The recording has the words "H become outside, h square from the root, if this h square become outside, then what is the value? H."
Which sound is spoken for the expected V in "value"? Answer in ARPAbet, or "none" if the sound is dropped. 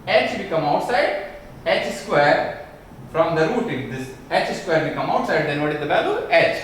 B